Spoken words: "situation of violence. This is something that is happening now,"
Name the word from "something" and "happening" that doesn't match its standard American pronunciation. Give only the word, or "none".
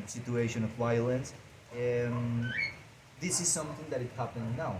happening